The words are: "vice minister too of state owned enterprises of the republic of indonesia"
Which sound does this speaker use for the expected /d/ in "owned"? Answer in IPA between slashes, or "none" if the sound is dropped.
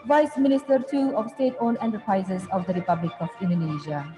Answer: none